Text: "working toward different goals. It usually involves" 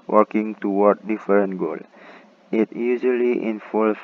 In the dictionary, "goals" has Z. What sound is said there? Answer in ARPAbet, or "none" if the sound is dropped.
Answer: none